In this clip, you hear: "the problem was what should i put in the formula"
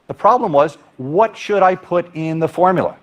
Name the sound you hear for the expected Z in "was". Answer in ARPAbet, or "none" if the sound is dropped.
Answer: Z